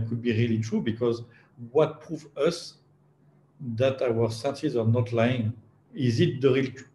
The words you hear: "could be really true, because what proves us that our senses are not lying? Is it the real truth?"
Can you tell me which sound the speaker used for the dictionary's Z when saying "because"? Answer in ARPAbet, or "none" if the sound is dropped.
Z